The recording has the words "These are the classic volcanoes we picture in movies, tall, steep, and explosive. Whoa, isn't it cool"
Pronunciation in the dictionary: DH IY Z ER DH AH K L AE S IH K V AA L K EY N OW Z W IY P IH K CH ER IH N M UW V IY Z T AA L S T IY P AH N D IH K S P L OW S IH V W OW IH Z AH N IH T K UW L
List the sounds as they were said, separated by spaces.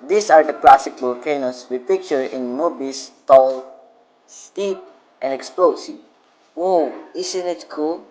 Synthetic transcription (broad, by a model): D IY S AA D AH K L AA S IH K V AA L K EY N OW S W IY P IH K CH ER IH N M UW B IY S T AA L S T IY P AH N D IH K S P L OW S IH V W OW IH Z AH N IH T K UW L